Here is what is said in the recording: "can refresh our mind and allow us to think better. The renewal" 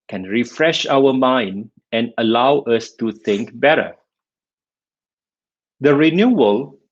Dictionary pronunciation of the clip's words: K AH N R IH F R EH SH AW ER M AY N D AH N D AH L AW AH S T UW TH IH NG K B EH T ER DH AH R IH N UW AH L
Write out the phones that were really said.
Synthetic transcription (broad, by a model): K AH N R IH F R EH SH AW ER M AY N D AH N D AH L AW AH S T UW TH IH NG K B EH T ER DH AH R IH N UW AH L